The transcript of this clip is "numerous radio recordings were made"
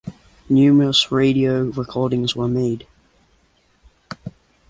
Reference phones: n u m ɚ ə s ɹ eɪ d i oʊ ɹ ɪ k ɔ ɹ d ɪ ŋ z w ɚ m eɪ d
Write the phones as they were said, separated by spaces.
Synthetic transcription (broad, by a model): n u m ɚ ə s ɹ eɪ d i oʊ ɹ ɪ k ɔ ɹ d ɪ ŋ z w ɚ m eɪ d